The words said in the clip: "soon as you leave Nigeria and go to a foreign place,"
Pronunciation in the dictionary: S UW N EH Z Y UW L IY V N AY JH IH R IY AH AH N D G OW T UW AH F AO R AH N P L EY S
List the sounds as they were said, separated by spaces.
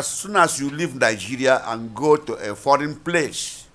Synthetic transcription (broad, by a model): S UW N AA S Y UW L IY V N AY JH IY R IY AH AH N G OW T UW AH F AO R AH N P L EY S